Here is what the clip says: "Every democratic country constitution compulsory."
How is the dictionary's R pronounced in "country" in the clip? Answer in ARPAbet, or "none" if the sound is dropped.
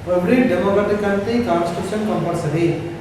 none